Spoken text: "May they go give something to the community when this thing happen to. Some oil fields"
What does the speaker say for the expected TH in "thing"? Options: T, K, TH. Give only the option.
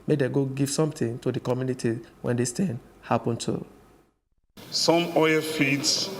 T